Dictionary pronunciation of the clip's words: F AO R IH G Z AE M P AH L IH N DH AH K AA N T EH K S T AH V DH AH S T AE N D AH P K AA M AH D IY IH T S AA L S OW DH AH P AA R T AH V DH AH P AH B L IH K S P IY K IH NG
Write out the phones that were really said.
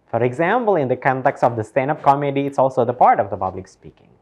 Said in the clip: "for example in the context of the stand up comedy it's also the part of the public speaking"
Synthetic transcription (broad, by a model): F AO R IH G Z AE M P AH L IH N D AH K AA N T EH K S T AH V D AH S T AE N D AH P K AA M AH D IY IH T S AA L S OW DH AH P AA R T AH V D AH P AH B L IH K S P IY K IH NG